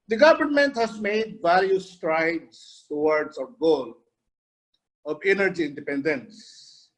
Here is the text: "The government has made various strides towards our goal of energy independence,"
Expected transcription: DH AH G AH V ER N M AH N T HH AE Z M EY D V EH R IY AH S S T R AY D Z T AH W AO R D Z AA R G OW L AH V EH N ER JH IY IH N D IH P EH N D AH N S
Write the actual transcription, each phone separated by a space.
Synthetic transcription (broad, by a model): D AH G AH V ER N M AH N T HH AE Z M EY D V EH L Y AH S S T R AY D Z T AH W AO R D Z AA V G OW L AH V EH N ER JH IY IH N D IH P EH N D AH N S